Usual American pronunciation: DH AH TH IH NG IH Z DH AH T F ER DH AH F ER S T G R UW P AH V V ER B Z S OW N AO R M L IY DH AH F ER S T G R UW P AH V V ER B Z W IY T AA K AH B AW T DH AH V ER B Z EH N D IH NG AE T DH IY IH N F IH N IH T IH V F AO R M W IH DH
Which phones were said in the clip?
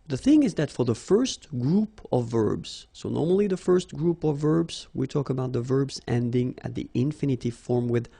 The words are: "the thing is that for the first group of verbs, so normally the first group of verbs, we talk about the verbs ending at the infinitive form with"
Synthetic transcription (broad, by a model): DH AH TH IH NG IH Z DH AH T F ER DH AH F ER S T G R UW P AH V V ER B Z S OW N AO R M L IY DH AH F ER S T G R UW P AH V V ER B Z W IY T AA K AH B AW T DH AH V ER B Z EH N D IH NG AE T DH IY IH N F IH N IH T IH F AO R M W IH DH